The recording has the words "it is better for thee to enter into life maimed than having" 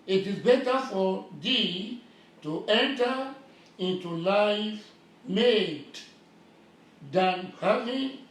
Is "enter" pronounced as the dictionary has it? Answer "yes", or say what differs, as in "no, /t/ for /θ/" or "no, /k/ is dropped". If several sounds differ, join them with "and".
yes